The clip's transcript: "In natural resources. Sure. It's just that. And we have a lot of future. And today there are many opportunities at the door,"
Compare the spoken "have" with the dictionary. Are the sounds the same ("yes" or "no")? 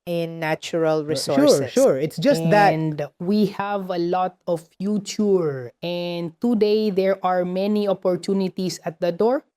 yes